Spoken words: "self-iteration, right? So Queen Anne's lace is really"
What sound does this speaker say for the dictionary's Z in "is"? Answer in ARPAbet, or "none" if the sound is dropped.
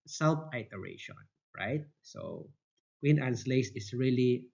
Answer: S